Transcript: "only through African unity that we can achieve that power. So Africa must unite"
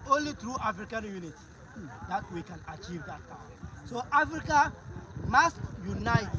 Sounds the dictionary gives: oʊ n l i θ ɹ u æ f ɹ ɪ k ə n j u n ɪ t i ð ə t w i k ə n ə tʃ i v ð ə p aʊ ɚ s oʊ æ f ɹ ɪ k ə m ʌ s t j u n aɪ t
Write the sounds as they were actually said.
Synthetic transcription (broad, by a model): oʊ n l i t ɹ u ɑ f ɹ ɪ k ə n j u n ɪ t i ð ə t w i k ə n ə tʃ i v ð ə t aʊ s oʊ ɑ f ɹ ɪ k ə m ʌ s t j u n aɪ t